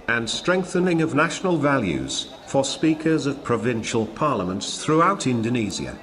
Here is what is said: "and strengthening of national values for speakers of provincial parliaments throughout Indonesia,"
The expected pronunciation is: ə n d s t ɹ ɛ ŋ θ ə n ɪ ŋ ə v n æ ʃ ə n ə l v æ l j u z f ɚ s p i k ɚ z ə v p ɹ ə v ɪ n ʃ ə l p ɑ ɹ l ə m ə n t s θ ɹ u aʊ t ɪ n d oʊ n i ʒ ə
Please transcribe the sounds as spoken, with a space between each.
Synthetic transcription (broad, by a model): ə n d s t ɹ ɛ ŋ θ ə n ɪ ŋ ə v n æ ʃ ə n ə l v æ l j u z f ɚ s p i k ɚ z ə v p ɹ ə v ɪ n ʃ ə l p ɑ ɹ l ə m ə n t s θ ɹ u aʊ t ɪ n d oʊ n i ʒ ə